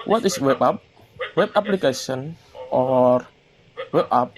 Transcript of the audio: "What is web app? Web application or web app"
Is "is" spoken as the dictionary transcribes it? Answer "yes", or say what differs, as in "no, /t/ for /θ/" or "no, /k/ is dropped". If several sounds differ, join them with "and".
no, /s/ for /z/